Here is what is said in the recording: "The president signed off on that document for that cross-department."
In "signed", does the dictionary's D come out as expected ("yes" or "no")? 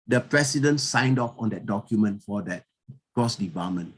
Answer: yes